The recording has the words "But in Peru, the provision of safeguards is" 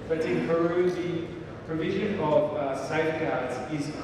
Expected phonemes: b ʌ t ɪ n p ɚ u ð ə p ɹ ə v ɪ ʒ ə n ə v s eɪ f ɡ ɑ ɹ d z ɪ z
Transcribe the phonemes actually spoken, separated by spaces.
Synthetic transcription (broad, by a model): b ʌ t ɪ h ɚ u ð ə p ɹ ə v ɪ ʒ ə n ə v s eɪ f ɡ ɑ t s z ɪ z